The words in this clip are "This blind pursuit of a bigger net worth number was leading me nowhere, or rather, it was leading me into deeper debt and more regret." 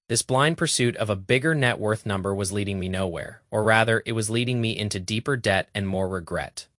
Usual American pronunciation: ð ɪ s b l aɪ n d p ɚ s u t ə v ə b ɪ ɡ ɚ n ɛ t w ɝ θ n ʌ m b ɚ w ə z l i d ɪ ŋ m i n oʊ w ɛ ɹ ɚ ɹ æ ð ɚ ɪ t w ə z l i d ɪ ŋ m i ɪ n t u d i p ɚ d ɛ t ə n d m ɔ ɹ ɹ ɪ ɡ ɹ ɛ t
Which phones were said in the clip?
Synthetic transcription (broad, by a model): ð ɪ s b l aɪ n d p ɚ s u t ə v ə b ɪ ɡ ɚ n ɛ t w ɝ θ n ʌ m b ɚ w ə z l i d ɪ ŋ m i n oʊ w ɛ ɹ ɚ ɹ æ ð ɚ ɪ t w ə z l i d ɪ ŋ m i ɪ n t u d i p ɚ d ɛ t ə n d m ɔ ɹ ɹ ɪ ɡ ɹ ɛ t